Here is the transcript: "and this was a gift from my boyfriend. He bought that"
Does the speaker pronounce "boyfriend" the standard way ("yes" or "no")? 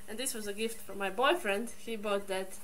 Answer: yes